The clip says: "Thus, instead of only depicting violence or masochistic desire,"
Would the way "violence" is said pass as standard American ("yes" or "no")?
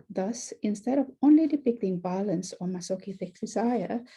no